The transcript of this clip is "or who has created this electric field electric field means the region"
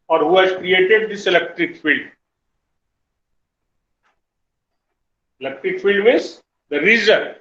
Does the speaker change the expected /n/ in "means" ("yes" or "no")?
yes